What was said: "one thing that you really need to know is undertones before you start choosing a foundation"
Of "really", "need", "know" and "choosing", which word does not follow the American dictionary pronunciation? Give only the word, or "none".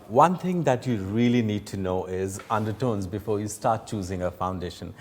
none